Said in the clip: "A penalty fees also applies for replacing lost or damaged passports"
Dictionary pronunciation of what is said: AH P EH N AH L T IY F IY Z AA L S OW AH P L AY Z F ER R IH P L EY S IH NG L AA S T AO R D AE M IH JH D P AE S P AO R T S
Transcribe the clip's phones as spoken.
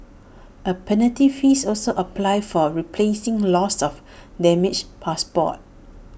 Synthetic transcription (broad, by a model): AH P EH N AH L T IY F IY S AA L S OW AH P L AY F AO R IH P L EY S IH NG L AA S AO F D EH M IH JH P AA S P AO T